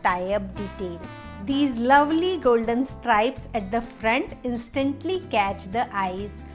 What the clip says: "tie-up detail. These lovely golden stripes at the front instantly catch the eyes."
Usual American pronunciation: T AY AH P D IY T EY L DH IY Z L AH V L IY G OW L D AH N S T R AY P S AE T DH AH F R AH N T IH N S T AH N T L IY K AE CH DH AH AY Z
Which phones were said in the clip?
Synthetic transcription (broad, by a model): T AY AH B D IY T EY L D IY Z L AH V L IY G OW L D AH N S T R AY P S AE T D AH F R AH N T IH N S T AH N T L IY K AE CH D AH AY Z